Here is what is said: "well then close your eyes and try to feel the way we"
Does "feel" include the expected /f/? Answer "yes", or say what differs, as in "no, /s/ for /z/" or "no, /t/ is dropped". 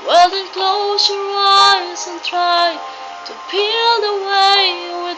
no, /p/ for /f/